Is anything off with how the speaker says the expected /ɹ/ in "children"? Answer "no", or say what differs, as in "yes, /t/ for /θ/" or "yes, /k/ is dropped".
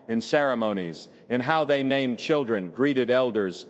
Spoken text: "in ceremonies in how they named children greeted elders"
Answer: no